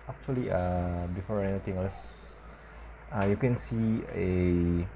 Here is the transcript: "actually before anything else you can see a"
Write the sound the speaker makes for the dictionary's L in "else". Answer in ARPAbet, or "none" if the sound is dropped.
none